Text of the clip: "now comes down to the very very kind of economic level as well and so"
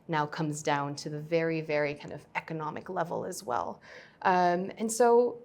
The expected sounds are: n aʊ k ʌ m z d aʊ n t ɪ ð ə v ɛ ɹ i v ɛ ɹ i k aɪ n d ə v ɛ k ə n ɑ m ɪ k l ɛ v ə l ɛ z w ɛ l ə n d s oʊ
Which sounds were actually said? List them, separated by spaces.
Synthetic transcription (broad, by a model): n aʊ k ʌ m z d aʊ n t ɪ ð ə v ɛ ɹ i v ɛ ɹ i k aɪ n d ə v ɛ k ə n ɑ m ɪ k l ɛ v l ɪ z w ɛ l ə n s oʊ